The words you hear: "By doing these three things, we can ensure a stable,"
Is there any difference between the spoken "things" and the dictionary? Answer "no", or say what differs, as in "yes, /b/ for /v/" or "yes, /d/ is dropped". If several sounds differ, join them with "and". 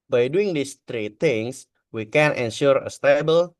yes, /t/ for /θ/ and /s/ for /z/